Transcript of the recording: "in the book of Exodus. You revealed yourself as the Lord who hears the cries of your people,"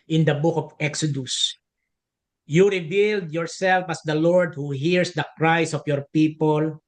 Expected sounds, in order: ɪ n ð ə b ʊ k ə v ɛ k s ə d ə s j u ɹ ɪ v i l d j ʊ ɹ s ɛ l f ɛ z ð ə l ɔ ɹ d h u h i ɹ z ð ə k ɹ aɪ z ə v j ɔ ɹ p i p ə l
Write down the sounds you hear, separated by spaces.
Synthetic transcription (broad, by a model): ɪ n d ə b ʊ k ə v ɛ k s ə d ə s j u ɹ ɪ v i l d j ʊ ɹ s ɛ l f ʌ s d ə l ɔ ɹ d h u h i ɹ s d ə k ɹ aɪ s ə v j ɔ ɹ p i p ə l